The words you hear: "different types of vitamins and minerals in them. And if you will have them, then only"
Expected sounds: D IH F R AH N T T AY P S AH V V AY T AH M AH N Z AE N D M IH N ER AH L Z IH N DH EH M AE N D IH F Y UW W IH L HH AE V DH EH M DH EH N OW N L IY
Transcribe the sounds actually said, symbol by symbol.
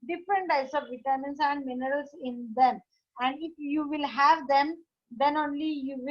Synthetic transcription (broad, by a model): D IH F R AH N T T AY S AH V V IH T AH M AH N S AE N D M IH N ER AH L S IH N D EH M AE N D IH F Y UW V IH L HH AE V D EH M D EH N OW N L IY